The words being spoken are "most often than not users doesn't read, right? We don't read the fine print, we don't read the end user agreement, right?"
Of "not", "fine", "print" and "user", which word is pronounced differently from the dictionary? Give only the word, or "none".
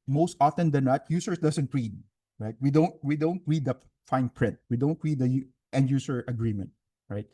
user